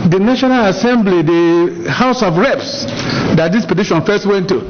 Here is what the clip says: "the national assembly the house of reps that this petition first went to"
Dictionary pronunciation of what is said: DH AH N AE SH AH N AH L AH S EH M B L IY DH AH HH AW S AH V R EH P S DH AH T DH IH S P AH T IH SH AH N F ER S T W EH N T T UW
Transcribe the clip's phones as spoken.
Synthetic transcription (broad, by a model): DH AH N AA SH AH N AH L AH S EH M B L IY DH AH HH AW S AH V R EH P S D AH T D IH S P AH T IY SH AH N F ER S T W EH N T T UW